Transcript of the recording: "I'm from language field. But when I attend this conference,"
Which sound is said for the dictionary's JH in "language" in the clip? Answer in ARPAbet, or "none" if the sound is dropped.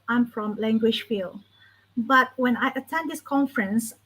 SH